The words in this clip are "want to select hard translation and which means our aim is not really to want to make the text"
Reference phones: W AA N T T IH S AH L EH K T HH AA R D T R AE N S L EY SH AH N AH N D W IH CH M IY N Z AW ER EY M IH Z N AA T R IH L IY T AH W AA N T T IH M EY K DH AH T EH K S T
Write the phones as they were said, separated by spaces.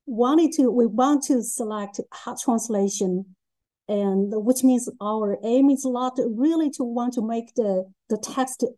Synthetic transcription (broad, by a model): W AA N T T IH S AH L EH K T HH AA T R AE N S L EY SH AH N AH N W IH CH M IY N Z AW ER EY M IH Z L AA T R IH L IY T AH W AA N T T IH M EY K DH AH T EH K S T